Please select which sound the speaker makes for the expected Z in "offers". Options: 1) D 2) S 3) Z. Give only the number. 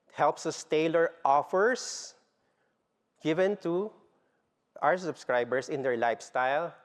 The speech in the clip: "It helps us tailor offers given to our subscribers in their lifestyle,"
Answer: 2